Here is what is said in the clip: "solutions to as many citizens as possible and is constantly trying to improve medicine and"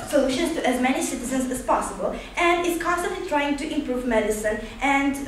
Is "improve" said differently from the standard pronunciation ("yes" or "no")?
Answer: no